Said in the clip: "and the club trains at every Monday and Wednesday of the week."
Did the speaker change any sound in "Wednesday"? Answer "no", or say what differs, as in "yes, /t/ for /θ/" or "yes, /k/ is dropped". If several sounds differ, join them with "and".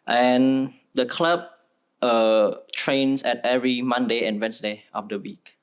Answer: yes, /s/ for /z/